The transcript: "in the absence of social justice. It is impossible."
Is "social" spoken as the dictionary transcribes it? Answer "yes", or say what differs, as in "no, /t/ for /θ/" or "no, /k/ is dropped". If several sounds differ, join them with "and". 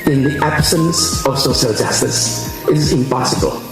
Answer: no, /ʃ/ is dropped